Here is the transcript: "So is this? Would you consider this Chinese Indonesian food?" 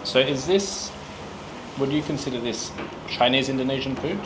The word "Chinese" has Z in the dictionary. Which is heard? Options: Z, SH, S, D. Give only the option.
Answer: Z